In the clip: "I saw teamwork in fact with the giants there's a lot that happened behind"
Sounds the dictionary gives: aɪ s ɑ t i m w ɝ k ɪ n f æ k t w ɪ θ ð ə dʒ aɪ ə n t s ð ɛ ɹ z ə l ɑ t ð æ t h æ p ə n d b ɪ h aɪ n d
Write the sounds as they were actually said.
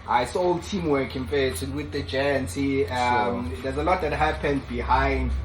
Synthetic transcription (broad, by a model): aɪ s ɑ t i m w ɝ k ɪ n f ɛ t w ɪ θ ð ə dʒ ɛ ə n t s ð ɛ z ə l ɑ t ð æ t h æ p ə n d b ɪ h aɪ n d